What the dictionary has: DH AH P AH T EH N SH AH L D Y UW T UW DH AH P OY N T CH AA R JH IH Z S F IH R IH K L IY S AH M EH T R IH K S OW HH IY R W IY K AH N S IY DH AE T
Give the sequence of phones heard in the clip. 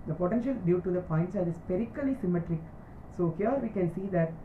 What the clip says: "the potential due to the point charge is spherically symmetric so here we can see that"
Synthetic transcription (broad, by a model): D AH P AH T EH N SH AH L D Y UW T UW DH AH P OY N T S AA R IH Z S P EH R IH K L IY S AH M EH T R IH K S OW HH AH R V IY K AH N S IY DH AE T